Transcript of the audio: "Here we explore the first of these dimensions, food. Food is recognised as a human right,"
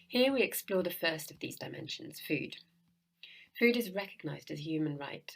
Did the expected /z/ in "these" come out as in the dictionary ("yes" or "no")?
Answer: yes